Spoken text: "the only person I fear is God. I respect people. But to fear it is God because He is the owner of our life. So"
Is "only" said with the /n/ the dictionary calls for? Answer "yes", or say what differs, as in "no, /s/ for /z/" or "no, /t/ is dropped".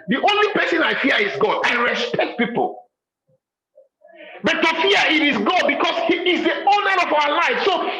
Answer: yes